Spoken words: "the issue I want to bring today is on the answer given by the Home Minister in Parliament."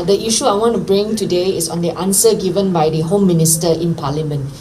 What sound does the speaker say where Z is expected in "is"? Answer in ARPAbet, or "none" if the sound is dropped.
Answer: S